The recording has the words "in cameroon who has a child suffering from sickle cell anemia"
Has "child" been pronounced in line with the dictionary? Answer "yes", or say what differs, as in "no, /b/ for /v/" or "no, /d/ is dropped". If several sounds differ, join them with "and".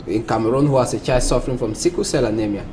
no, /l/ is dropped